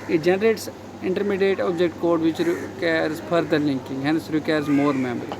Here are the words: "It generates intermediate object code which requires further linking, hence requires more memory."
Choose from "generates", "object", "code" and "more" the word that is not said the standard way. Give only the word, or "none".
none